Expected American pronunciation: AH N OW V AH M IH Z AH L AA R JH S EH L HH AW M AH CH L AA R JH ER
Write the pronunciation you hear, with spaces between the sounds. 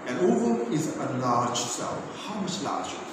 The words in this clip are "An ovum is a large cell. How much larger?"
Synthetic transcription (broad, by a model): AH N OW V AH IH Z AH L AA R JH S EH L HH AW M AH CH L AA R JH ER